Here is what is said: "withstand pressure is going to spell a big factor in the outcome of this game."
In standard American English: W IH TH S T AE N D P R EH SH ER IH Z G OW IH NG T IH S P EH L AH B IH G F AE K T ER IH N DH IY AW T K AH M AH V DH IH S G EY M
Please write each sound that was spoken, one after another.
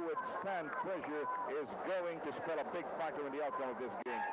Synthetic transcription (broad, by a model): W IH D S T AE N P L EH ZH ER IH Z G OW IH NG T IH S P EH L AH B IH G F AE K T ER IH N DH IY AW T K AH M AH V DH IH S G EY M